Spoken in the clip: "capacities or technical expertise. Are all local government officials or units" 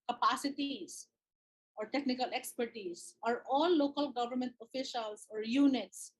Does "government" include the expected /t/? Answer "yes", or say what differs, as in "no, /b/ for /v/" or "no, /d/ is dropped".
yes